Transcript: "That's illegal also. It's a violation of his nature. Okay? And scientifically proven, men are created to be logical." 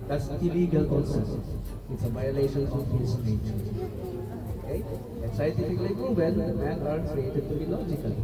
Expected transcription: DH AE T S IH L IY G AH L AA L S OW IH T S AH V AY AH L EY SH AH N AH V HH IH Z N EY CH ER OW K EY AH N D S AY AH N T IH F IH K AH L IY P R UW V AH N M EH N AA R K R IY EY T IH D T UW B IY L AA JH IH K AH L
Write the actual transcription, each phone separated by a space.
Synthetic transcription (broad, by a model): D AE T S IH L IY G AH L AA N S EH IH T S AH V AY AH L EY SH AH N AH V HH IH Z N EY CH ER OW K EY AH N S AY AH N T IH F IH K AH L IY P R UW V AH L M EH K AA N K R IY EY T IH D T UW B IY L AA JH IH K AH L